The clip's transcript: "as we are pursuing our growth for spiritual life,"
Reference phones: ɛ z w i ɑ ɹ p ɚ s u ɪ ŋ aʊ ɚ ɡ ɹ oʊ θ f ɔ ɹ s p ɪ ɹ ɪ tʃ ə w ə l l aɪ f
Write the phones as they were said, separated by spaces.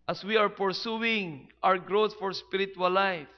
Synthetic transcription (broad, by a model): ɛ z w i ɑ ɹ p ɚ s u ɪ ŋ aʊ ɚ ɡ ɹ oʊ t f ɔ ɹ s p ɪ ɹ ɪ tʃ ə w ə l l aɪ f